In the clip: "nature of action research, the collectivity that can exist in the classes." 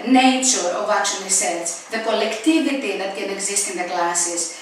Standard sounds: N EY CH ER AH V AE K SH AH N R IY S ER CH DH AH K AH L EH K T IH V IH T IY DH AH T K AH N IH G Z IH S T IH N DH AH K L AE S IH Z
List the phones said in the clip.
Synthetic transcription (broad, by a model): N EY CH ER AH V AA K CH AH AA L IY S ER S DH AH K AH L EH K T IH V IH T IY DH AH T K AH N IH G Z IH S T IH N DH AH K L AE S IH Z